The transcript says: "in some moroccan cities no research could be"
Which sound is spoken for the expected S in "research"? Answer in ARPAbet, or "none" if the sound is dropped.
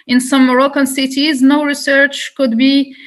S